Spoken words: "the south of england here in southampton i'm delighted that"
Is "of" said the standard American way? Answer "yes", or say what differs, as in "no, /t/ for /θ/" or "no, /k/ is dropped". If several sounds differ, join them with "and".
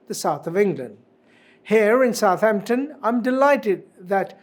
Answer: yes